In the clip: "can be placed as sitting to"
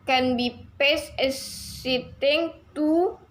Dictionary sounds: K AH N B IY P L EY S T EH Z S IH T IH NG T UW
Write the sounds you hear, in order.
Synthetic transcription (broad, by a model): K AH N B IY P EY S EH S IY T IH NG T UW